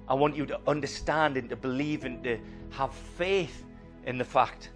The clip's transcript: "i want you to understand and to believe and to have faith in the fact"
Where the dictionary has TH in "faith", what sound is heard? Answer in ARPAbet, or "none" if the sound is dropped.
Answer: TH